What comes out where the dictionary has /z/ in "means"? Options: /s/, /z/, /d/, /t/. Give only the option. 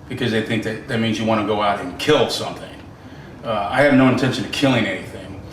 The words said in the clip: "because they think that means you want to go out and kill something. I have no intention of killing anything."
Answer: /z/